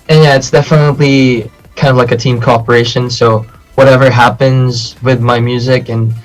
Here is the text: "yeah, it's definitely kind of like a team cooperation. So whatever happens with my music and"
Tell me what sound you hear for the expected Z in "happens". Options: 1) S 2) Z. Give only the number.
2